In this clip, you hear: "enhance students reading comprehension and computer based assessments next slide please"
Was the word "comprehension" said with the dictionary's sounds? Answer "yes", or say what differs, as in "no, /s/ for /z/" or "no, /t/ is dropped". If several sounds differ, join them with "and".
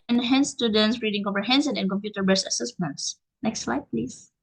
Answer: no, /s/ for /ʃ/